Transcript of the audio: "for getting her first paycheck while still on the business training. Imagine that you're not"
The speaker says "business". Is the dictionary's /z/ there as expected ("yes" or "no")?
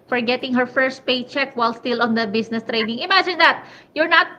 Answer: no